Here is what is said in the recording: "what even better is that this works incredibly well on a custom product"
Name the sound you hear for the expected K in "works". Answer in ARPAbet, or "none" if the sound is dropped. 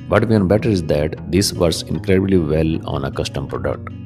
none